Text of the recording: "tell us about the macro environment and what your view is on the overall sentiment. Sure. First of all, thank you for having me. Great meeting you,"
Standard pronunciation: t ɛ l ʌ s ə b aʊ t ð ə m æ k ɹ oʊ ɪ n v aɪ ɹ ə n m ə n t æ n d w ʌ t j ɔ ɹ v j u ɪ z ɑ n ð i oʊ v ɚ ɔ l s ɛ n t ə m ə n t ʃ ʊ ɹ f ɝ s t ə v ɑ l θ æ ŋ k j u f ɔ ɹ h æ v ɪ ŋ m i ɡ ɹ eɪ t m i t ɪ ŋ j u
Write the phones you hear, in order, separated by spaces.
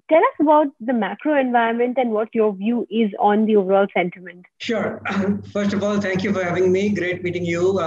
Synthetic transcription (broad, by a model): t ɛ l ʌ s ə b aʊ t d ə m æ k ɹ oʊ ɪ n v aɪ ə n m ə n t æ n d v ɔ t j ɔ ɹ v j u ɪ z ɑ n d i oʊ v ɚ ɔ l s ɛ n t ə m ə n t ʃ ʊ ɹ f ɝ s t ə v ɑ l t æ ŋ k j u f ɔ ɹ h æ v ɪ ŋ m i ɡ ɹ eɪ t m i t ɪ ŋ j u